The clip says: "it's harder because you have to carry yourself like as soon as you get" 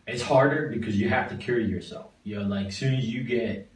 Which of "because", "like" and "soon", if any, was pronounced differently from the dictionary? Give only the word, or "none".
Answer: none